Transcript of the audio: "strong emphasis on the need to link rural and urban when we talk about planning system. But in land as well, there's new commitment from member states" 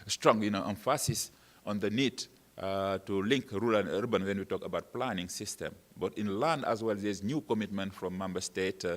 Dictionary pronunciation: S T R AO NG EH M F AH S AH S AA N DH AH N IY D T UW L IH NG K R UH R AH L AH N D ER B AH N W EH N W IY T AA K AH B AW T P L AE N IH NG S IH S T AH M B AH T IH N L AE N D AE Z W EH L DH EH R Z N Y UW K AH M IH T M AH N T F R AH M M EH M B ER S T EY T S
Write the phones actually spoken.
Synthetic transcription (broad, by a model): S T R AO NG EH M F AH S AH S AA N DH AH N IY D T UW L IH NG K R R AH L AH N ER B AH N W EH N W IY T AA K AH B AW T P L AE N IH NG S IH S T AH M B AH T IH N L AE N D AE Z W EH L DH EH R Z N Y UW K AH M IH T M AH N T F R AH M M EH M B ER S T EY T